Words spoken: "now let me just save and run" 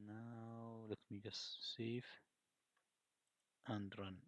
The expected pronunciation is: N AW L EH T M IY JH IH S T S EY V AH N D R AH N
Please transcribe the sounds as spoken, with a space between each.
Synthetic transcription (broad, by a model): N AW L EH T M IY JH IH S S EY F AH N D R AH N